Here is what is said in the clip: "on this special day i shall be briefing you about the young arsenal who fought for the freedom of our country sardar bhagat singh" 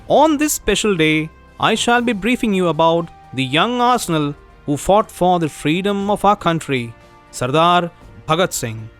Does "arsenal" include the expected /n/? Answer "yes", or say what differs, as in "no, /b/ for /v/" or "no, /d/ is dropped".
yes